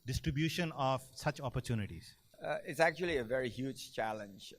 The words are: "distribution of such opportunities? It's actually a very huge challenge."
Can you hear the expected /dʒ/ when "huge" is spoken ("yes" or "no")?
yes